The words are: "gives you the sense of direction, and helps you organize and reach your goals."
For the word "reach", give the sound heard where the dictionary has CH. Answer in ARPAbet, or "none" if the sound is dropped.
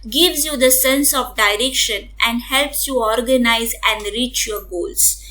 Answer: CH